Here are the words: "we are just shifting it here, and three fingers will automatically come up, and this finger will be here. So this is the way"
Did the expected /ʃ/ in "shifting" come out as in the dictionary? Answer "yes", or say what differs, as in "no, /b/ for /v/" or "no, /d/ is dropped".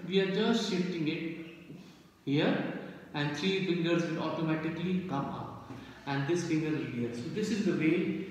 yes